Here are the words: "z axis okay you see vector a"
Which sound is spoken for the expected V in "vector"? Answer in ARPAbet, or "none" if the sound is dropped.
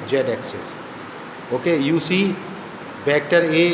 B